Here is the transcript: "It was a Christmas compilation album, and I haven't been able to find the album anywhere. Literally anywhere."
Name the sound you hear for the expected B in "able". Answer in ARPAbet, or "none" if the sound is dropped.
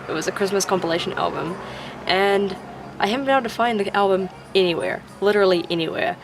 none